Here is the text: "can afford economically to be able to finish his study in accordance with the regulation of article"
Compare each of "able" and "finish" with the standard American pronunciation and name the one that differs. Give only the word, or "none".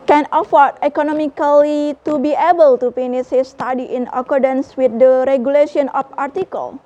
finish